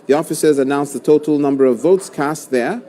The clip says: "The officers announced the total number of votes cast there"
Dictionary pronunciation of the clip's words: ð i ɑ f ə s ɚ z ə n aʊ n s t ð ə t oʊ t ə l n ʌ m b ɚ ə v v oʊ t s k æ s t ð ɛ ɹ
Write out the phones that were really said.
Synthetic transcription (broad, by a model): ð i ɑ f ə s ɚ z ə n aʊ n s ð ə t oʊ t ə l n ʌ m b ɚ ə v v oʊ t s k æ s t ð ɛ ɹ